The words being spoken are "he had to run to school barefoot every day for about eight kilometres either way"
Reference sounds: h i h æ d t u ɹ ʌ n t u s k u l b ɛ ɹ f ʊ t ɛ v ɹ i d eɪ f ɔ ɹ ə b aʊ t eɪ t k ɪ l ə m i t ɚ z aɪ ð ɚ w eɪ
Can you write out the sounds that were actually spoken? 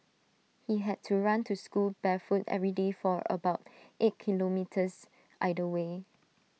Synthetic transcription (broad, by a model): h i h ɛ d t u ɹ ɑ n t u s k u l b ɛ f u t ɛ v ɹ i d eɪ f ɔ ɹ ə b aʊ t eɪ t k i l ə m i t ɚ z aɪ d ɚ w eɪ